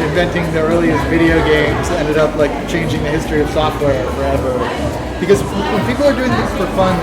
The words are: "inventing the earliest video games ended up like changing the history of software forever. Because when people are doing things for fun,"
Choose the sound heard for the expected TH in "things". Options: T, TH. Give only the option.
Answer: TH